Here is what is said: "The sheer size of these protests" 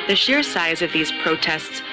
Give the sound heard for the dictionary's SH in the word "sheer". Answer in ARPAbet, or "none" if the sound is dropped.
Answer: SH